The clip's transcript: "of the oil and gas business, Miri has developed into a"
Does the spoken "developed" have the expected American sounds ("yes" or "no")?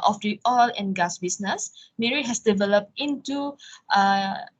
yes